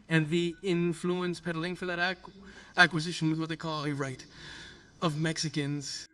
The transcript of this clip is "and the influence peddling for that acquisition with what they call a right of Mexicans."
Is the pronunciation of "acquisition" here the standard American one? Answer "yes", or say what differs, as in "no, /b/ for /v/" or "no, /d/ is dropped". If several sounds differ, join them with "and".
yes